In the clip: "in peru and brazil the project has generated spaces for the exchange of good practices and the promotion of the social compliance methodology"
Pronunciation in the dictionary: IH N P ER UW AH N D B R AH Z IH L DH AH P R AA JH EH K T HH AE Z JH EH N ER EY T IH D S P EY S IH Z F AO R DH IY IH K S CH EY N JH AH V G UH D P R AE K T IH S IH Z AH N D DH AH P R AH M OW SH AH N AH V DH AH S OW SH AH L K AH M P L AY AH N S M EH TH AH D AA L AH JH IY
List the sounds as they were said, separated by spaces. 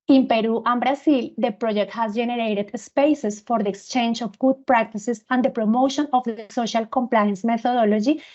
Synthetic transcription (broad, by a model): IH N P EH UW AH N B R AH S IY L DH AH P R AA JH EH K T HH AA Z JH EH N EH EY T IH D S P EY S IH S F AO R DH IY IH K S CH EY N JH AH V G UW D P R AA K T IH S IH S AH N D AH P R AH M OW SH AH N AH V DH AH S OW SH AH L K AH M P L AY AH N S M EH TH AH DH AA L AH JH IY